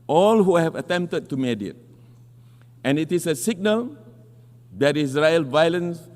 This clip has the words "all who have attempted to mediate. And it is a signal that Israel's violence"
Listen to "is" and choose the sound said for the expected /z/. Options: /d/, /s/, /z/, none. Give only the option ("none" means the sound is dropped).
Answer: /s/